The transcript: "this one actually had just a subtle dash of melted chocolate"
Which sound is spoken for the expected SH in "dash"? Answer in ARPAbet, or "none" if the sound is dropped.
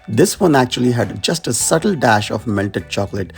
SH